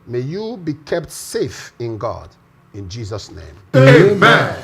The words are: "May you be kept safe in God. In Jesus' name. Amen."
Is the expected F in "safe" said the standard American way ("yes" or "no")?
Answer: yes